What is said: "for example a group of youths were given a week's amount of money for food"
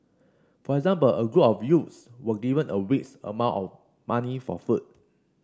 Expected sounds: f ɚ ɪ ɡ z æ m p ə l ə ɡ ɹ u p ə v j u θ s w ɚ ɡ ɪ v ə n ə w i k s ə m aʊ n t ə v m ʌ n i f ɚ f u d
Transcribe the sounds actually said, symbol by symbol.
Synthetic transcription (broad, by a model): f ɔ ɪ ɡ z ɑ m p ə l ə ɡ ɹ u p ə f j u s w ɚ ɡ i v ə n ə w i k s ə m aʊ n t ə f m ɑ n i f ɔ f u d